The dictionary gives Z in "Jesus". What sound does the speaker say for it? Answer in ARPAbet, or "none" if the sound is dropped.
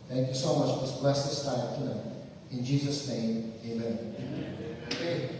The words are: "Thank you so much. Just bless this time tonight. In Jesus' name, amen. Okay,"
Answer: Z